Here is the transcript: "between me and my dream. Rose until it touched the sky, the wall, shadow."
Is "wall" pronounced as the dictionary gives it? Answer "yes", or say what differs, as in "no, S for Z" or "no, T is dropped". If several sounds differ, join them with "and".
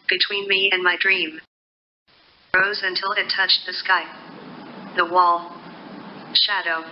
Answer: yes